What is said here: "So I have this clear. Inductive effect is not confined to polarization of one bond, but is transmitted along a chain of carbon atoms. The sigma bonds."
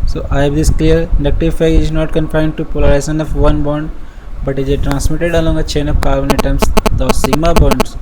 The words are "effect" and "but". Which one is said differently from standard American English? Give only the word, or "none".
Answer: effect